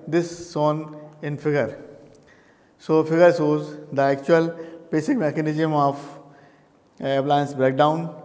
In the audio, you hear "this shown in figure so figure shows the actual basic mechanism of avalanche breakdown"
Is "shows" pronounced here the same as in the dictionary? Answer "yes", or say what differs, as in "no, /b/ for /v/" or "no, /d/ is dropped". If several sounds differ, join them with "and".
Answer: no, /s/ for /ʃ/